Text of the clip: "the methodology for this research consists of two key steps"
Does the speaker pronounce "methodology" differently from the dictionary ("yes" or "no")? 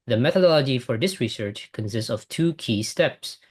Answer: no